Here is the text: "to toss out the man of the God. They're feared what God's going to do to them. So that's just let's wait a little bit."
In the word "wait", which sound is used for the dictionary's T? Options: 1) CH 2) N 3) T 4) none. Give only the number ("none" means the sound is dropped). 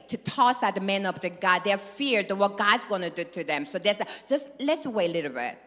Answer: 4